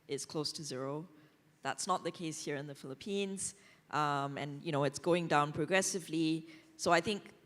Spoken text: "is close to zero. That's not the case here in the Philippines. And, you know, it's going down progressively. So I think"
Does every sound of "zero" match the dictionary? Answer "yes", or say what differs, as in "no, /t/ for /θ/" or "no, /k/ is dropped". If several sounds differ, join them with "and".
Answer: yes